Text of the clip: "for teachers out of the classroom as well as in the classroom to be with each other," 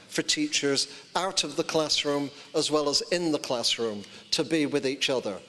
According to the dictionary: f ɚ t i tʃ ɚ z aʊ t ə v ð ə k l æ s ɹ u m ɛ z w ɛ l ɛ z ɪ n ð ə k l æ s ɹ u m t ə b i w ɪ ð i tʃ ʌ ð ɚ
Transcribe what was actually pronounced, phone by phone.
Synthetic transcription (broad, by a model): f ɚ t i tʃ ɚ z aʊ t ə v ð ə k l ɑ s ɹ u m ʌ z w ɛ l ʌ z ɪ n ð ə k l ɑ s ɹ u m t ə b i w ɪ ð i tʃ ʌ ð ɚ